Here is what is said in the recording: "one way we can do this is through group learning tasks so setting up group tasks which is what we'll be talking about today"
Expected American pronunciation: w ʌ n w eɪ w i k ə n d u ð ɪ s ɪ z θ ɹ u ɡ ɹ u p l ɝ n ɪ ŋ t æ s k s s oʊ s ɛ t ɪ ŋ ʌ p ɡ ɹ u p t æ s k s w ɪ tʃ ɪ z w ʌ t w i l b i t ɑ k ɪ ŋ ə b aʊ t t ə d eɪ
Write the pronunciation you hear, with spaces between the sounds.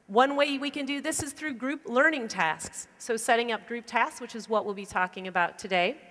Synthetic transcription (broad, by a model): w ʌ n w eɪ w i k ə n d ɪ ð ɪ s ɪ z θ ɹ u ɡ ɹ u p l ɝ n ɪ ŋ t æ s k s s oʊ s ɛ t ɪ ŋ ʌ p ɡ ɹ u p t æ s k s w ɪ tʃ ɪ z w ʌ t w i l b i t ɑ k ɪ ŋ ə b aʊ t t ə d eɪ